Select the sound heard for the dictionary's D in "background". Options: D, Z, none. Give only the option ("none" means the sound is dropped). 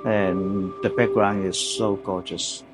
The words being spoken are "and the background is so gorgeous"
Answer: none